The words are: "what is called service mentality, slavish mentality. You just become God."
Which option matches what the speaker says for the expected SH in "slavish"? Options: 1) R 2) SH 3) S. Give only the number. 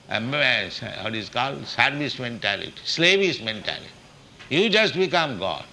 3